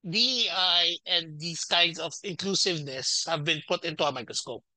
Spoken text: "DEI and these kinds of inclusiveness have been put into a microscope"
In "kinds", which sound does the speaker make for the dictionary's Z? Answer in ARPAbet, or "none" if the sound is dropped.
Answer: S